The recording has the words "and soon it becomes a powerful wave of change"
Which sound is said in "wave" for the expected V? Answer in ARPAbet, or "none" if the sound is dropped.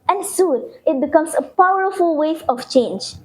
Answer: F